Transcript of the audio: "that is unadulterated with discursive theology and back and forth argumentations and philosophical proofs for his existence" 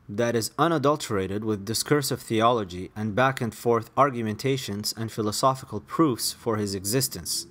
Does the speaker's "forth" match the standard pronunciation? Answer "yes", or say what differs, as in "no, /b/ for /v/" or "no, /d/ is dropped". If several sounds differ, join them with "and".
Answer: yes